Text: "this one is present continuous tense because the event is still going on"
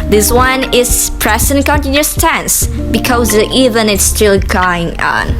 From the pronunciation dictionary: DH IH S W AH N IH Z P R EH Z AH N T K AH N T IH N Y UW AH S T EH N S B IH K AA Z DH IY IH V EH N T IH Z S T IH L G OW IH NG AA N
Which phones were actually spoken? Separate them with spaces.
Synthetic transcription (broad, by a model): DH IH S W AH N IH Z P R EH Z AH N K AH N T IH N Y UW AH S T EH N S B IH K AA Z IY V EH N IH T S T IH L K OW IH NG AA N